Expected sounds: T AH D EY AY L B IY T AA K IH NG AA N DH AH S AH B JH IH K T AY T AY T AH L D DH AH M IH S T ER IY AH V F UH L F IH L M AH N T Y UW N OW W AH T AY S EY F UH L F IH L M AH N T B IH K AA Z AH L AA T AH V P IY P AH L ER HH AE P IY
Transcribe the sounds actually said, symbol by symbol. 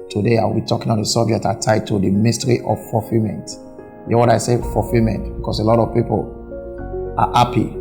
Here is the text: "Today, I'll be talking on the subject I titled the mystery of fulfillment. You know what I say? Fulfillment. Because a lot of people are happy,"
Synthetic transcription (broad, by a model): T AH D EY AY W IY T AA K IH NG AA N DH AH S AH B JH IH K T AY T AY T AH D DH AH M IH S T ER IY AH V F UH F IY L M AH N T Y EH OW W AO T AY S EY F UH F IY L M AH N T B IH K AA S AH L AA T AH V P IY P AH L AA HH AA P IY